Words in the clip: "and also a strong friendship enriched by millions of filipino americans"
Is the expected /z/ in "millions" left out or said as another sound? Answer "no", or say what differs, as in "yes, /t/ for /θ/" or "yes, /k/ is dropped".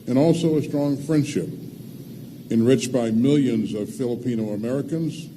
no